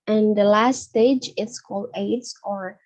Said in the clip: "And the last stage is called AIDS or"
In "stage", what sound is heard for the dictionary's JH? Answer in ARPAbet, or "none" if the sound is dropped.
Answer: JH